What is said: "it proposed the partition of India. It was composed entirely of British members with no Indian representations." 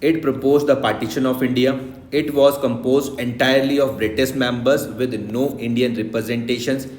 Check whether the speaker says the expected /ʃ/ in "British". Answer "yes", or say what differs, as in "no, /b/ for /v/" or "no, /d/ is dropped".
no, /s/ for /ʃ/